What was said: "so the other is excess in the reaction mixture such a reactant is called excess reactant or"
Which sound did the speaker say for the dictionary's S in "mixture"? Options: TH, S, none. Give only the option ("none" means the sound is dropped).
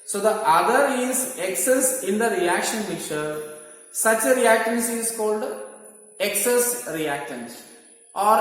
none